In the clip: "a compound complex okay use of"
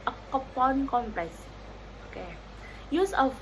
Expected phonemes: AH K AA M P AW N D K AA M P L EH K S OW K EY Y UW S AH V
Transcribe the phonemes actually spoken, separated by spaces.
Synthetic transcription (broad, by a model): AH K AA P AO N K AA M P L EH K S OW K EY Y UW S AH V